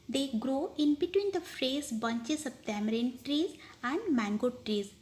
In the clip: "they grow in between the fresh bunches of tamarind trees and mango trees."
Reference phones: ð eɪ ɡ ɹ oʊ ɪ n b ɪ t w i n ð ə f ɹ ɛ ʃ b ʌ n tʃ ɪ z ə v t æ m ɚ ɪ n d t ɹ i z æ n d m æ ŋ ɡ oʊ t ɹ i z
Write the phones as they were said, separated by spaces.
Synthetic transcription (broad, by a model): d eɪ ɡ ɹ oʊ ɪ n b ɪ t w i n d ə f ɹ ɛ s b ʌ n tʃ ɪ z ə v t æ m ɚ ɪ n t ɹ i z æ n d m æ ŋ ɡ oʊ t ɹ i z